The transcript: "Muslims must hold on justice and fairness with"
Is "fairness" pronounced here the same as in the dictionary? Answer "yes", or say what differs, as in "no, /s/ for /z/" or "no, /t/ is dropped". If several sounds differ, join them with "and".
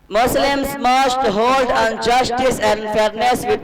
yes